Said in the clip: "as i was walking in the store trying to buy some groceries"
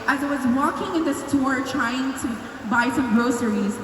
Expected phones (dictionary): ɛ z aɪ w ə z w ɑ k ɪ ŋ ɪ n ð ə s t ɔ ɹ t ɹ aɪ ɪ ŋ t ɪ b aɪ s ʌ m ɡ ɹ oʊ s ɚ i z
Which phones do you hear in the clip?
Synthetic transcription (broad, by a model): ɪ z aɪ w ə z w ɑ k ɪ ŋ ɪ n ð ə s t ɔ ɹ t ɹ aɪ ɪ ŋ t ɪ b aɪ s ʌ m ɡ ɹ oʊ s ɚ i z